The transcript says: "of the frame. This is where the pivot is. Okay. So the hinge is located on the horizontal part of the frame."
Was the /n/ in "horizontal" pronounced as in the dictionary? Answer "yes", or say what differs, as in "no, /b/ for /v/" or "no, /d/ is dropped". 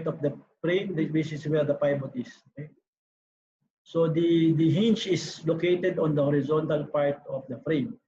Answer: yes